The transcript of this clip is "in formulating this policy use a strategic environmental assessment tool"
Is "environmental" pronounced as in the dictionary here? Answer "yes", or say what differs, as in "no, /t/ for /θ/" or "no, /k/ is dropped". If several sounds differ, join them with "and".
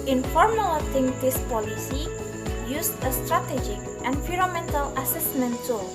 no, /f/ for /v/ and /n/ is dropped